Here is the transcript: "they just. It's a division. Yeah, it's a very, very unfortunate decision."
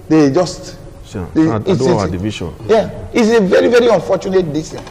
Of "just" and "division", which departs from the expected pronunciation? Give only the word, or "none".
division